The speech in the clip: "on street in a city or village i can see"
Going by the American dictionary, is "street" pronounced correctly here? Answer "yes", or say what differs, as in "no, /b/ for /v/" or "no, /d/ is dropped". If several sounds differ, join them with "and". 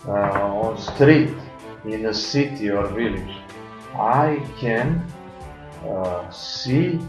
yes